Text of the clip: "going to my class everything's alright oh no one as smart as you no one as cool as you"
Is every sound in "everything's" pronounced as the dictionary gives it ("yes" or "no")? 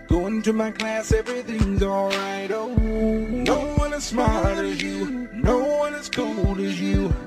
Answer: yes